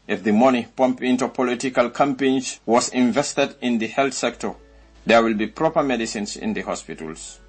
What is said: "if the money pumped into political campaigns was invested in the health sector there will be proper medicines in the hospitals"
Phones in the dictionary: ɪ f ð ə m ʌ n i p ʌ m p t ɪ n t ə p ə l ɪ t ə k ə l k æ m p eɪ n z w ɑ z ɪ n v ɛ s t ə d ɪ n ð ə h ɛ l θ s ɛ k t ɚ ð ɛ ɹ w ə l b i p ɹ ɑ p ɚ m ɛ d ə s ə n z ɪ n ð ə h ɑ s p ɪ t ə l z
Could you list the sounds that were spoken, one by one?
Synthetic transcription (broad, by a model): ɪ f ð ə m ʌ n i p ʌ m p ɪ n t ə p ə l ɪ t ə k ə l k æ m p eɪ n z w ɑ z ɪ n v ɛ s t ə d ɪ n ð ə h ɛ l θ s ɛ k t ɚ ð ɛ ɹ w ə l b i p ɹ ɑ p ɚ m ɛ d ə s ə n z ɪ n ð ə h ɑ s p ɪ t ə l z